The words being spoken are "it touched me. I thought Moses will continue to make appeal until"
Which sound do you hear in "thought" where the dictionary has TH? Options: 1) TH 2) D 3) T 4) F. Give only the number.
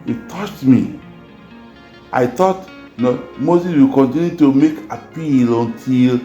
3